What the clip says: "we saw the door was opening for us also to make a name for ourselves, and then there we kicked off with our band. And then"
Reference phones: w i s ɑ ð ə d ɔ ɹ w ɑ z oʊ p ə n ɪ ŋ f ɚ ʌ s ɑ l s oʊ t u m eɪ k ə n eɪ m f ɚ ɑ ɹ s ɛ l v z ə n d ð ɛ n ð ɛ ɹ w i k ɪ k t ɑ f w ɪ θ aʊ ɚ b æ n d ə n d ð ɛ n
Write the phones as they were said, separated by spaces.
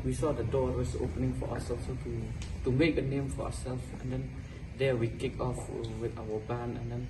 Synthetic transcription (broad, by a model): w i s ɑ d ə d ɔ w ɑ s oʊ p ə n ɪ ŋ f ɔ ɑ s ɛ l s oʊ t u m eɪ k ə n eɪ m f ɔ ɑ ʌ s ɛ l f ə n d ɛ n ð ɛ w i k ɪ k ɑ f w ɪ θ aʊ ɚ b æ n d ə n d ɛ n